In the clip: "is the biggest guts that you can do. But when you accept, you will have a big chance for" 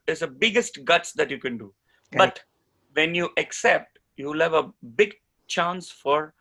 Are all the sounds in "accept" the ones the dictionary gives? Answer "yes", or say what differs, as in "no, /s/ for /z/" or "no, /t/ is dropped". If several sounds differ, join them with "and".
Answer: yes